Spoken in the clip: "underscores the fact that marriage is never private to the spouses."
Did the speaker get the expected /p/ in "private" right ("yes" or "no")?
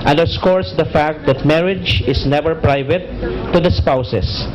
yes